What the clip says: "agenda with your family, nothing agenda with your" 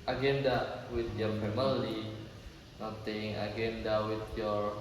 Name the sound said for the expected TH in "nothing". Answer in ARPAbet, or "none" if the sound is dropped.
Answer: T